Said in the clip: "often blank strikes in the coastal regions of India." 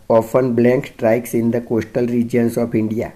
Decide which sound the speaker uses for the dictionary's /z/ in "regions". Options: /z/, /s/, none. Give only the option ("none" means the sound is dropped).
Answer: /s/